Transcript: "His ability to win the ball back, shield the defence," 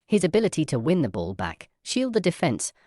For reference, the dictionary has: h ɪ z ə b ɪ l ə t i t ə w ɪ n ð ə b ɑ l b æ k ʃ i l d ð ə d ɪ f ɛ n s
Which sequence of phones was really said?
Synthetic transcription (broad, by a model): h ɪ z ə b ɪ l ə t i t ə w ɪ n ð ə b ɑ l b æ k ʃ i l d ð ə d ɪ f ɛ n s